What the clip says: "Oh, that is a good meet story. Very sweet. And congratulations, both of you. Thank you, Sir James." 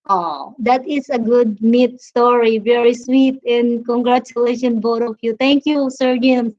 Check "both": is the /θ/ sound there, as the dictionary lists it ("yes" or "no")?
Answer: no